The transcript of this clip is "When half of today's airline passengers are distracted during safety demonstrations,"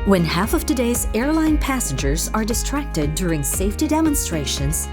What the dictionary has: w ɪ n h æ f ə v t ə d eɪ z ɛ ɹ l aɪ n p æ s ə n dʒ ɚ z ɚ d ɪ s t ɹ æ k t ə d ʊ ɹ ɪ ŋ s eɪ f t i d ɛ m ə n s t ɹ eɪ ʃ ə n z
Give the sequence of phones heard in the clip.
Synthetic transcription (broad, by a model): w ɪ n h æ f ə v t ə d eɪ z ɛ ɹ l aɪ n p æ s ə n dʒ ɚ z ɚ d ɪ s t ɹ æ k t ə d ʊ ɹ ɪ ŋ s eɪ f t i d ɛ m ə n s t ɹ eɪ ʃ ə n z